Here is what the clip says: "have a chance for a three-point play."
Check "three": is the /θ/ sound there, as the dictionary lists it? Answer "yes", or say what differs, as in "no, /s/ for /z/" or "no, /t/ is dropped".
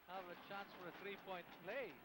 yes